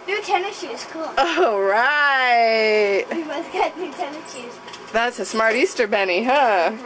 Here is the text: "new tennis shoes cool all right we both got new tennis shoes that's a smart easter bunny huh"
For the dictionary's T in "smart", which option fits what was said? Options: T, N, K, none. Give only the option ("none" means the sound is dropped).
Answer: T